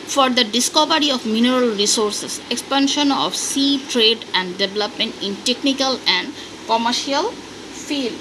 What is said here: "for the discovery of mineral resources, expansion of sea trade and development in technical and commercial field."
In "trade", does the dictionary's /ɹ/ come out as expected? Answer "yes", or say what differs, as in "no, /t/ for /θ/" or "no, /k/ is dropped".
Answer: yes